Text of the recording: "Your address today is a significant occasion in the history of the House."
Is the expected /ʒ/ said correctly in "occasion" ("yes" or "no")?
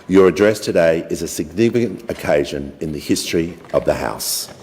yes